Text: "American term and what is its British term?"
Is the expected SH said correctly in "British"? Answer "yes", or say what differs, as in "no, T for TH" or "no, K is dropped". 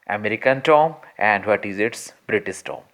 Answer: no, S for SH